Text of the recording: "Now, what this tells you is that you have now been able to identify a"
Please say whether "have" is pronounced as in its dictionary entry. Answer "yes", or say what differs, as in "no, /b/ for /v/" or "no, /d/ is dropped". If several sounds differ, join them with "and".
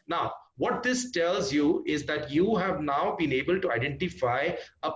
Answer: yes